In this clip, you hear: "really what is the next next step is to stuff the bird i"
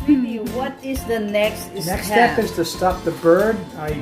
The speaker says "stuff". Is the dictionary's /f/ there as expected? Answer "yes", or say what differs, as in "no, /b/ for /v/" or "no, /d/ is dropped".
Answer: no, /p/ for /f/